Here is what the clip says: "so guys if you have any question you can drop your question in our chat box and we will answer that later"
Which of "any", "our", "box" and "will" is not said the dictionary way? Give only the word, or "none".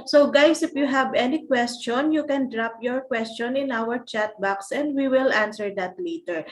none